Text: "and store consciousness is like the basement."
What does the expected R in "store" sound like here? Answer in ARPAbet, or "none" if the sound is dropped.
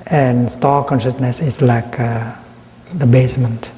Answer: L